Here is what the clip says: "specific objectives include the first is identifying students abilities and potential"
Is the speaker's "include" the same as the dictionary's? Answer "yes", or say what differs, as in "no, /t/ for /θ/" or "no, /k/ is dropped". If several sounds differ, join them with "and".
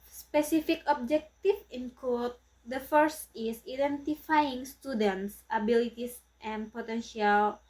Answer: no, /l/ is dropped